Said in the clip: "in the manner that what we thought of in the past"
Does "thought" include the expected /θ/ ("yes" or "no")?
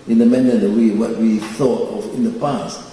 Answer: yes